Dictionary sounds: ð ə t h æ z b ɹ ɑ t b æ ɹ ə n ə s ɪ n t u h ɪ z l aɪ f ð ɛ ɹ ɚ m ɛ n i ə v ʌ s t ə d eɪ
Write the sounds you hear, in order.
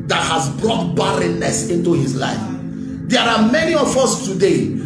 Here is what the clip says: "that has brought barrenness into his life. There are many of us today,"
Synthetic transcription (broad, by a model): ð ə t h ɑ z b ɹ ɑ t b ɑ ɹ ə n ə s ɪ n t u h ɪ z l aɪ f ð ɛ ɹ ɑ m ɛ n i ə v ʌ s t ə d eɪ